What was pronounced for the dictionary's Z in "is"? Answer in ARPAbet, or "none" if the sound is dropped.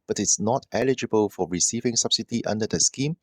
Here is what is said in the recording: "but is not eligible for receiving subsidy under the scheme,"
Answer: S